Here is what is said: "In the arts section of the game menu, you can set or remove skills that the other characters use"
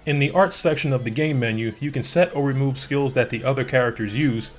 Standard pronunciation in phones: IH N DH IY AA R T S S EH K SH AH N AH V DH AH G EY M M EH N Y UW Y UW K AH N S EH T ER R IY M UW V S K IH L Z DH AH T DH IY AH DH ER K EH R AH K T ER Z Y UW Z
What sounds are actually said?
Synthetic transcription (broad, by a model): IH N DH IY AA R T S S EH K SH AH N AH V DH AH G EY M M EH N Y UW Y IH K AH N S EH T ER R IY M UW V S K IH L Z DH AH T DH IY AH DH ER K EH R AH K T ER Z Y UW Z